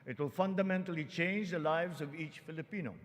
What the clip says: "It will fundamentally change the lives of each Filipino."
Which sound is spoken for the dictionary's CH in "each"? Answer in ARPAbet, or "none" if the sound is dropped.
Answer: CH